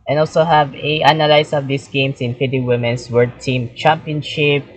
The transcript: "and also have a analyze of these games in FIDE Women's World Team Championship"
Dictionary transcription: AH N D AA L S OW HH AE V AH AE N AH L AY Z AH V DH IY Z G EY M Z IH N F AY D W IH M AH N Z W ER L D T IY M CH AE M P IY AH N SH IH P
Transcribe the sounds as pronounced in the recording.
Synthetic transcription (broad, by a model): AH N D AA L S OW HH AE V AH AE N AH L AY S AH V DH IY S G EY M S IH N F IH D W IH M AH N S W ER D T IY M CH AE M P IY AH N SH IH P